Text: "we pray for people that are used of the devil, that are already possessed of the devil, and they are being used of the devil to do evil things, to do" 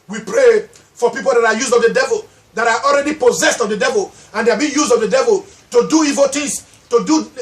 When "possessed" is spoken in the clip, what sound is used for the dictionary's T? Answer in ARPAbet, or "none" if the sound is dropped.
T